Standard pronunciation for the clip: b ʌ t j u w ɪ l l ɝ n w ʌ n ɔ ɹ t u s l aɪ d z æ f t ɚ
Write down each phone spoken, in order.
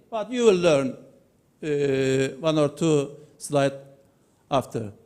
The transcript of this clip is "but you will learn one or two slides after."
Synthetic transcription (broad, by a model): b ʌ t j u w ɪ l l ɝ n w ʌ n ɔ ɹ t u s l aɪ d æ f t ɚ